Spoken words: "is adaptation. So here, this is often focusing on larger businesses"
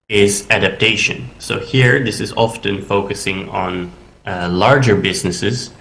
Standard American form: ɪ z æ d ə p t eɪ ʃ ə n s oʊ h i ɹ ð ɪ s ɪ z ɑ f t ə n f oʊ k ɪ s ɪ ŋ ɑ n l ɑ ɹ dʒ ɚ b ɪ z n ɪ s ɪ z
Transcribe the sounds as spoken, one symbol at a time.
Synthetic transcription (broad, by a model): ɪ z æ d ə p t eɪ ʃ ə n s oʊ h i ɹ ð ɪ s ɪ z ɑ f t ə n f oʊ k ɪ s ɪ ŋ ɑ n l ɑ ɹ dʒ ɚ b ɪ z n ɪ s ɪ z